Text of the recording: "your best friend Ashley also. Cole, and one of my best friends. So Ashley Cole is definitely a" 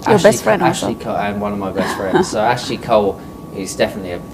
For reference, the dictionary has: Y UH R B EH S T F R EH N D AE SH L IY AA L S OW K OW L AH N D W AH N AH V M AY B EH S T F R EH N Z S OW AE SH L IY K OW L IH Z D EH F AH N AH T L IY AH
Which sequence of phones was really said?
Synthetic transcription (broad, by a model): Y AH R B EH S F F R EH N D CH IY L IY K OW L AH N W AH N AH V M AY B EH S T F R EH N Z S OW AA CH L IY K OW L IH Z D EH F AH N AH T L IY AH